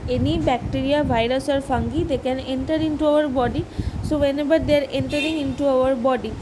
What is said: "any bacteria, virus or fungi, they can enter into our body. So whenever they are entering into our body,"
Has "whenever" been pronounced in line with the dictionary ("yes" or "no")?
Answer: no